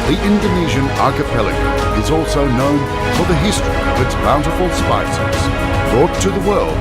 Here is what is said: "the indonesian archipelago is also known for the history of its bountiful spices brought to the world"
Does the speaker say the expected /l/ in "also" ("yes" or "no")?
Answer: yes